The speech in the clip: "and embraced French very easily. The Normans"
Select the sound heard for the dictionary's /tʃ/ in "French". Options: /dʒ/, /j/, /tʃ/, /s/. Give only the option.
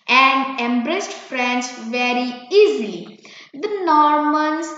/s/